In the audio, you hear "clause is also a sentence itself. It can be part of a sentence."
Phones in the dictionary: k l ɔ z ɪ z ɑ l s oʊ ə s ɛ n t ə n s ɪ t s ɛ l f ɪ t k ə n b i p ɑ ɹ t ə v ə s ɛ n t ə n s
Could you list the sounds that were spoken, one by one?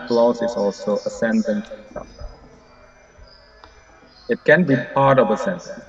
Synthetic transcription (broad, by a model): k l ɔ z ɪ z ɑ l s oʊ ə s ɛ n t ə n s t ɛ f ɪ t k ə n b i p ɑ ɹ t ə v ə s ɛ n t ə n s